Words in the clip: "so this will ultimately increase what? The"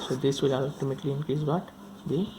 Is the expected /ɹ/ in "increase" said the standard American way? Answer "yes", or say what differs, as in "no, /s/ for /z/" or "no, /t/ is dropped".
no, /ɹ/ is dropped